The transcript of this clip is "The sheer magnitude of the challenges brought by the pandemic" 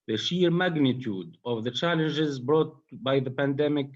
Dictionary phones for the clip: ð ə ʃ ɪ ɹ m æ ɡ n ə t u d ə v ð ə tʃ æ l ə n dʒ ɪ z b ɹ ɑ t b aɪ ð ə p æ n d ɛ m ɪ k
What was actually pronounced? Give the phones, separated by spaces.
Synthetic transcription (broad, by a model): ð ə ʃ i ɹ m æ ɡ n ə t u d ə v ð ə tʃ æ l ə n dʒ ɪ z b ɹ ɑ t b aɪ ð ə p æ n d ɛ m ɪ k